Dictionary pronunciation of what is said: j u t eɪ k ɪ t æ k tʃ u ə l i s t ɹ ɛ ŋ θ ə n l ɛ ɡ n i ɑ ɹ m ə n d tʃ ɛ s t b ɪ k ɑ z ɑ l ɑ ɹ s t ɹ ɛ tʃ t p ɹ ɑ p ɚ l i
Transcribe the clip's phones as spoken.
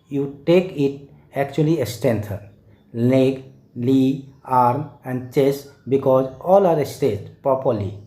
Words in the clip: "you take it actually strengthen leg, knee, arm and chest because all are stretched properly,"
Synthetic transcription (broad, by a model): j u t eɪ k ɪ t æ k tʃ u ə l i s t ɛ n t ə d l ɛ ɡ l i ɑ ɹ m ə n d tʃ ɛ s b ɪ k ɑ z ɑ l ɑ ɹ s t ɛ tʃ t p ɹ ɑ p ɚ l i